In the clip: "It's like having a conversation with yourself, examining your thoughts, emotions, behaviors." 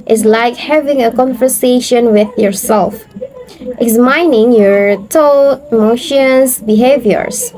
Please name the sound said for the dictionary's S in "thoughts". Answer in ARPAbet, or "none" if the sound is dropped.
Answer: none